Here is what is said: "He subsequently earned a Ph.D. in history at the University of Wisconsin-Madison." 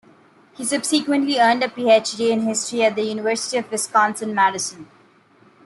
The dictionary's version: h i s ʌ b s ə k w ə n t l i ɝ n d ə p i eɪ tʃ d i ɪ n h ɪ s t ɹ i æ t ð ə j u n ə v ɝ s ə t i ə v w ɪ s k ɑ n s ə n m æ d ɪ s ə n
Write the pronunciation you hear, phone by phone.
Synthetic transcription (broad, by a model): h i s ʌ b s ə k w ə n t l i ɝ n d ə p i eɪ tʃ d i ɪ n h ɪ s t ɹ i æ t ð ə j u n ə v ɝ s ə t i ə v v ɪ s k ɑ n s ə n m æ d ɪ s ə n